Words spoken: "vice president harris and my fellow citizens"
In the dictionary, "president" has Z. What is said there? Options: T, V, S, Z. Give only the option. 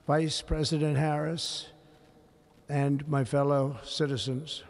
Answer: Z